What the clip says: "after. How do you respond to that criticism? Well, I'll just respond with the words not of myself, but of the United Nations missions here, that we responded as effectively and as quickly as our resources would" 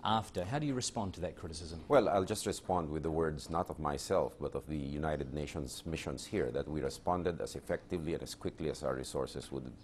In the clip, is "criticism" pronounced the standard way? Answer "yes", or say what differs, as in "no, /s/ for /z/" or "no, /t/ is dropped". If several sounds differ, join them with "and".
yes